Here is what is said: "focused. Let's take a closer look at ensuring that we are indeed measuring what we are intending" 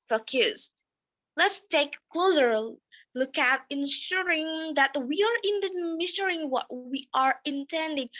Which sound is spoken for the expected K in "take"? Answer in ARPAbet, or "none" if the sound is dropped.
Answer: none